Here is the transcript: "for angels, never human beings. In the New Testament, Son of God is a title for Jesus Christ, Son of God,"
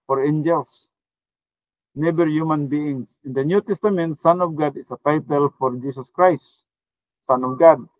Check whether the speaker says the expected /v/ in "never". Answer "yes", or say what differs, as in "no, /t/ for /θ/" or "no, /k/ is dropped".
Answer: no, /b/ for /v/